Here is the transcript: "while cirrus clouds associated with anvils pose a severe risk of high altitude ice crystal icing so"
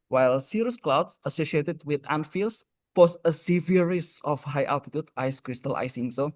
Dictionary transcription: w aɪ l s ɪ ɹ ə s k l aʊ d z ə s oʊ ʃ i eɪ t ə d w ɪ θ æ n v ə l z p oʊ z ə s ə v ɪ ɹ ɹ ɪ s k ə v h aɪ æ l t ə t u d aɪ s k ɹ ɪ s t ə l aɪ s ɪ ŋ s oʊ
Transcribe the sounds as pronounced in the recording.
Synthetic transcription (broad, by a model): w aɪ l s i ɹ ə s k l aʊ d s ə s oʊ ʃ i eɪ t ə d w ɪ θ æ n f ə l s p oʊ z ə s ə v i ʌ ɹ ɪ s ə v h aɪ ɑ l t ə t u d aɪ s k ɹ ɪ s t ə l aɪ s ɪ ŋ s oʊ